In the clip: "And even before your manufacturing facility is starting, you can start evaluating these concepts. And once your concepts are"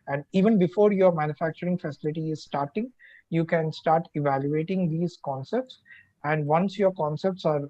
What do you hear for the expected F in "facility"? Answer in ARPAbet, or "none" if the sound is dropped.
F